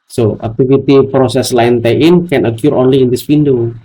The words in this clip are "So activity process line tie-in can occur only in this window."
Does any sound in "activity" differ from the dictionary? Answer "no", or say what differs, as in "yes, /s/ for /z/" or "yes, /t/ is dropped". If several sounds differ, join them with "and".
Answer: yes, /f/ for /v/